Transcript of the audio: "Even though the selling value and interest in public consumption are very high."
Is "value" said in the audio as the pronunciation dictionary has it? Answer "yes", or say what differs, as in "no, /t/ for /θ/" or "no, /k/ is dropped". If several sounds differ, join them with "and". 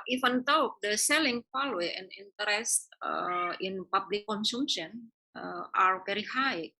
no, /f/ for /v/